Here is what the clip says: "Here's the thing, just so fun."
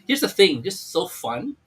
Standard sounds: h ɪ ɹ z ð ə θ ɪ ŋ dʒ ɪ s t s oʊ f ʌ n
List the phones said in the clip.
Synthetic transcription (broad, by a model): h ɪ ɹ z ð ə θ ɪ ŋ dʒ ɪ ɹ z s oʊ f ʌ n